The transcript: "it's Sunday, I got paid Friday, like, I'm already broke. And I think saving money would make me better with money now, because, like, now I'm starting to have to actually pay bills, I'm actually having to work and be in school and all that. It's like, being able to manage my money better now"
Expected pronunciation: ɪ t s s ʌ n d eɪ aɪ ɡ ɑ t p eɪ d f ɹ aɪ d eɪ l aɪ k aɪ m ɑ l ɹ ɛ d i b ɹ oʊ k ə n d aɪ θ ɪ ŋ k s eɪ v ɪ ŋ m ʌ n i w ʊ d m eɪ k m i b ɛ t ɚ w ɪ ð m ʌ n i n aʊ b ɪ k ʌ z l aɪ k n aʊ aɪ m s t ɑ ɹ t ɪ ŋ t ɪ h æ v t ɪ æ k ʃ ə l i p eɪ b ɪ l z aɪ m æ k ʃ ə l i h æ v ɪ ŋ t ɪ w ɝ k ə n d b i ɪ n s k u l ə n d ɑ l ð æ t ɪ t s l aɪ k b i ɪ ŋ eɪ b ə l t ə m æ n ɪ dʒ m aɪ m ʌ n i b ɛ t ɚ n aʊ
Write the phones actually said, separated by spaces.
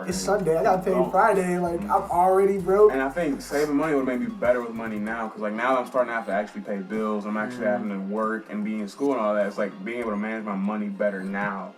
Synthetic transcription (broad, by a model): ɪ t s s ʌ n d eɪ aɪ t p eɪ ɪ f ɹ aɪ d eɪ l aɪ k aɪ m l ɹ ɛ d i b ɹ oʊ ə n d aɪ θ ɪ ŋ k s eɪ v ɪ ŋ m ʌ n i w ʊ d m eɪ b i b ɛ t ɚ w ɪ ð m ʌ n i n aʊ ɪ k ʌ z l aɪ k n aʊ aɪ m s t ɑ ɹ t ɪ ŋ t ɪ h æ f t ɪ æ k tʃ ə l i p eɪ b ɪ l z aɪ m æ k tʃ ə l i h æ v ɪ ŋ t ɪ w ɝ k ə n b i ɪ n s k u l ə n ɑ l ð æ t ɪ t s l aɪ k b i ɪ ŋ eɪ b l t ə m æ n ɪ dʒ m aɪ m ʌ n i b ɛ t ɚ n aʊ